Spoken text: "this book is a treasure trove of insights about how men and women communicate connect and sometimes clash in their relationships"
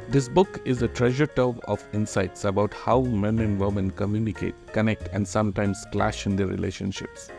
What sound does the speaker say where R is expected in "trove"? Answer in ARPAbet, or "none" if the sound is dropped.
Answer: none